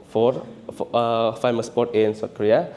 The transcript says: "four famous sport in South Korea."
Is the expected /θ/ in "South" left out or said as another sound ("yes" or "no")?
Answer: yes